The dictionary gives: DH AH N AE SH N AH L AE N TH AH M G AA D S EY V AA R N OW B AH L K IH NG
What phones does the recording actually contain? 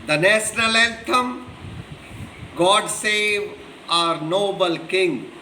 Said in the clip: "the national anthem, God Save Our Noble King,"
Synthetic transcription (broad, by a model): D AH N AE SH N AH L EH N T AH M G AA D S EY V AA R N OW B AH L K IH NG